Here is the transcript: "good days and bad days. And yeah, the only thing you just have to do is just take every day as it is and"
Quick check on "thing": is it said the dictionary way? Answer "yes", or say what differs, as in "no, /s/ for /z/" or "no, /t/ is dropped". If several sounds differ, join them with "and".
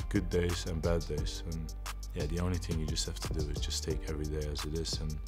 yes